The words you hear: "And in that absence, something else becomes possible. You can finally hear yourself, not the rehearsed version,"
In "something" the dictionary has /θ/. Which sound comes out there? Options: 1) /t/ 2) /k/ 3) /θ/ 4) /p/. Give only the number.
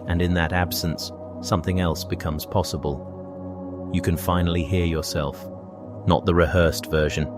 3